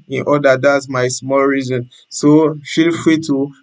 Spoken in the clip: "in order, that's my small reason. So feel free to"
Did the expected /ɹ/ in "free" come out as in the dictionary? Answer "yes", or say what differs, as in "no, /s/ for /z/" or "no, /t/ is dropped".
no, /ɹ/ is dropped